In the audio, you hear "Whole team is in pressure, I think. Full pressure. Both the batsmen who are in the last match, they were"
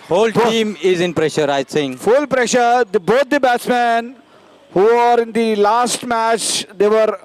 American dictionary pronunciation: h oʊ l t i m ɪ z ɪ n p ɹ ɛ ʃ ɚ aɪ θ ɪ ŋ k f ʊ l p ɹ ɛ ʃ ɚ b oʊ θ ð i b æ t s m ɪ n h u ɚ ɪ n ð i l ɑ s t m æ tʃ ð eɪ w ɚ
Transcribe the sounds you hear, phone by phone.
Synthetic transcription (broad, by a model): h oʊ l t i m ɪ z ɪ n p ɹ ɛ ʃ ɚ aɪ s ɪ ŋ f ʊ l p ɹ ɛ ʃ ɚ b oʊ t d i b æ t s m ɪ n h u ɚ ɪ n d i l ɑ s t m æ tʃ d eɪ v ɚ